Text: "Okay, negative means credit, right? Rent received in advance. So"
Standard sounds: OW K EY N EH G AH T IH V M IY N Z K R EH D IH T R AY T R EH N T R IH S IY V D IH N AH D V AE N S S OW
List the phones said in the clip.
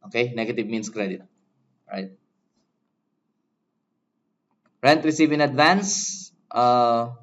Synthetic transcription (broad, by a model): OW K EY N EH G AH T IH V M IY N S K R EH D IH T R AY T R EH N T R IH S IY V IH N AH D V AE N S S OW